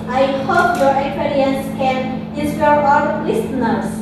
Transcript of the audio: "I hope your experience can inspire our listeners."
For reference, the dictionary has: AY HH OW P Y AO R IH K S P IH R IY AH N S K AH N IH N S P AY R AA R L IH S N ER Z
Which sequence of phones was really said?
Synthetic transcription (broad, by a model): AY HH OW P Y AO R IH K S P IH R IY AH N S K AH N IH S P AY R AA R L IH S N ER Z